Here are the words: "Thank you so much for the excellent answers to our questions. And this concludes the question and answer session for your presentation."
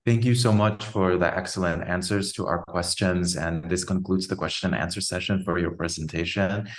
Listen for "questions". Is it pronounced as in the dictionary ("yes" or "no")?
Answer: yes